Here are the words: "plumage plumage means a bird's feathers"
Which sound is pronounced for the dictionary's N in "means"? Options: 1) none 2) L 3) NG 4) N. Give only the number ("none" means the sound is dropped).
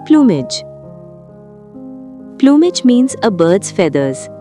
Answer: 4